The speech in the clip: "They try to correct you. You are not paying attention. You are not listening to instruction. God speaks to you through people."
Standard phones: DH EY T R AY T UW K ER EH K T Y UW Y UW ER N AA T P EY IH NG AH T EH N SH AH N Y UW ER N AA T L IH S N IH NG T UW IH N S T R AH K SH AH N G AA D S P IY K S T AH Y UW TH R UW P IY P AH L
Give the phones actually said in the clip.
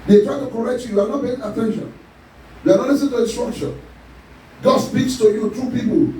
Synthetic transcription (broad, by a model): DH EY T R AY T UW K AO EH K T Y UW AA N AA T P EY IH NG AH T EH N SH AH N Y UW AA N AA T L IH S IH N T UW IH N S T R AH K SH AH N G AA D S P IY K S T AH Y UW T R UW P IY P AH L